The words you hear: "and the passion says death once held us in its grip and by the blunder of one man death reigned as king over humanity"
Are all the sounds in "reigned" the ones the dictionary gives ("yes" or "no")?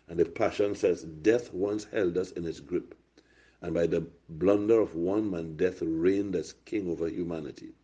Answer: yes